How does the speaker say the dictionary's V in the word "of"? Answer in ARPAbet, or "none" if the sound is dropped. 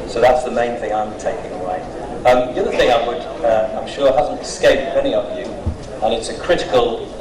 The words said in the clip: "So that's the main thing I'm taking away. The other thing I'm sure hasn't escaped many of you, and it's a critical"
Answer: V